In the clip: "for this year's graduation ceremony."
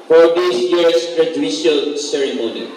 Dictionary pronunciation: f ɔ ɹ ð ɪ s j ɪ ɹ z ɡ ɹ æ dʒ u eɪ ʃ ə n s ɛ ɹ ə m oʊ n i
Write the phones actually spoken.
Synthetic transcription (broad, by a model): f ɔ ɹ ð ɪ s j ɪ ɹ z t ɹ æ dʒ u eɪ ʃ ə l s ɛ ɹ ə m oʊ n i